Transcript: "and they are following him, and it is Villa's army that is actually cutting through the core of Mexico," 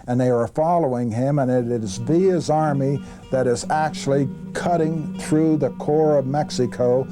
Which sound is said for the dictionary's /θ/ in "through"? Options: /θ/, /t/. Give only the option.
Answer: /θ/